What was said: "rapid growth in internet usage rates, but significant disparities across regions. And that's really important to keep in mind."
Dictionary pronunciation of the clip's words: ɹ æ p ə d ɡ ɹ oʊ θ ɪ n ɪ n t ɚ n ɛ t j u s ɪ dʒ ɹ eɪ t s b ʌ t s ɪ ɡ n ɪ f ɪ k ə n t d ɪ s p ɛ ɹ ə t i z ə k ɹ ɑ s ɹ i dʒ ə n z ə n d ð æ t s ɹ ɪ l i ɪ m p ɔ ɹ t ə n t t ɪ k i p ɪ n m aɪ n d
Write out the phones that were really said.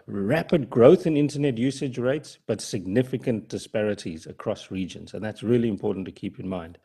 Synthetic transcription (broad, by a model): ɹ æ p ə d ɡ ɹ oʊ θ ɪ n ɪ n t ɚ n ɛ t j u s ɪ dʒ ɹ eɪ t s b ʌ t s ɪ ɡ n ɪ f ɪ k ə n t d ɪ s p ɛ ɹ ə t i z ə k ɹ ɑ s ɹ i dʒ ə n z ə n ð æ t s ɹ ɪ l i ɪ m p ɔ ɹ t n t t ɪ k i p ɪ n m aɪ n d